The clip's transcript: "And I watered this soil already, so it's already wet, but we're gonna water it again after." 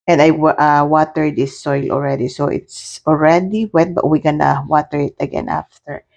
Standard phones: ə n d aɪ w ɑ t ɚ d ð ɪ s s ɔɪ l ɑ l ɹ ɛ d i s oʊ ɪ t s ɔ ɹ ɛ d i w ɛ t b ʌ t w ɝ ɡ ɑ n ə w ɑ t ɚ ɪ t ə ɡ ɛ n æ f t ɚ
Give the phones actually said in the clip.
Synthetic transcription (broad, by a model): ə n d aɪ w ɑ t ɚ d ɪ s s ɔɪ l ɑ l ɹ ɛ d i s oʊ ɪ t s ɔ ɹ ɛ d i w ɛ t b ʌ t w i ɡ ɑ n ə w ɑ t ɚ ɪ t ə ɡ ɛ n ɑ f t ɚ